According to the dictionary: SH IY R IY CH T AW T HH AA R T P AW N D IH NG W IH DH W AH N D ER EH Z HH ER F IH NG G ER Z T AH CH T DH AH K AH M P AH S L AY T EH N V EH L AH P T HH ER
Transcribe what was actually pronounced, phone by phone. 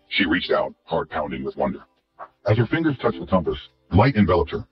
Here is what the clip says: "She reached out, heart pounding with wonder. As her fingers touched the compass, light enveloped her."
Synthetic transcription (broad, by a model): SH IY R IY CH T AW T HH AA R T P AW N D IH NG W IH DH W AH N D ER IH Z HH ER F IH NG G ER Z T AH CH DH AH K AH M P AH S L AY T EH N V EH L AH P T HH ER